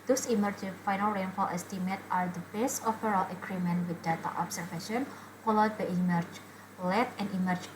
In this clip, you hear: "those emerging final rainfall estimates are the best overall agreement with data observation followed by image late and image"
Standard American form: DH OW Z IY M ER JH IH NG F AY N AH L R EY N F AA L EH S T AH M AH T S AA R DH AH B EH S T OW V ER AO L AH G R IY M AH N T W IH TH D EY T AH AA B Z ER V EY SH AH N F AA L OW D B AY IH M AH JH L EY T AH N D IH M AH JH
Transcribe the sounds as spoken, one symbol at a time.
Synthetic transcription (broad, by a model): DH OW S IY M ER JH F AY N AH L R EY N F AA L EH S T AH M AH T AA R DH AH B EH S T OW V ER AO L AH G R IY M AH N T W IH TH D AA T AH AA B S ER F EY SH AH N F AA L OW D B AY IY M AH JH L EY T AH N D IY M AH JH